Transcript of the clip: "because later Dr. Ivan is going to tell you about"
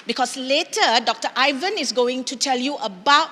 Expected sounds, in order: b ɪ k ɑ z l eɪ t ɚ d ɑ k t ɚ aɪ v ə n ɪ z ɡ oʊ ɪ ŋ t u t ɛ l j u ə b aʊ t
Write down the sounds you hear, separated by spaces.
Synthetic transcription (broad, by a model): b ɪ k ɑ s l eɪ t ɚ d ɑ k t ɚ aɪ v ə n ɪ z ɡ oʊ ɪ ŋ t u t ɛ l j u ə b aʊ t